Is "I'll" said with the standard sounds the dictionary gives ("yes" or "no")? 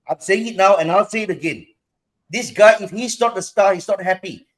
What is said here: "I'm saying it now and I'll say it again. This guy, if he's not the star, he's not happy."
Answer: yes